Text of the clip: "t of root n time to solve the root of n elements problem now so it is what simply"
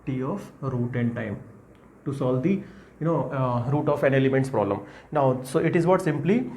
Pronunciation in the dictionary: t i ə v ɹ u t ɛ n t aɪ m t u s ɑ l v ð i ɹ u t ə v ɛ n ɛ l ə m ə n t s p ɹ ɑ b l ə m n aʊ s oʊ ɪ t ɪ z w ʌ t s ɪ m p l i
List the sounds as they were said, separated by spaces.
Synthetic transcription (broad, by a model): t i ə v ɹ u t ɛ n t aɪ m t u s ɑ l v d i ɹ u t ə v ɛ n ɛ l ə m ə n t s p ɹ ɑ b l ə m n aʊ s oʊ ɪ t ɪ z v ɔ t s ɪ m p l i